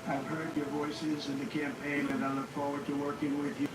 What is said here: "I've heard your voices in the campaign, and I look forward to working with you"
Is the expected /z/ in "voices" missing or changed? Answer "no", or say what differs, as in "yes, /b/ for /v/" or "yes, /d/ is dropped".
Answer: no